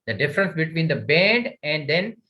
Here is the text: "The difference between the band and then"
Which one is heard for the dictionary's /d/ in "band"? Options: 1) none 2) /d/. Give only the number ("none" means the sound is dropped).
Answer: 2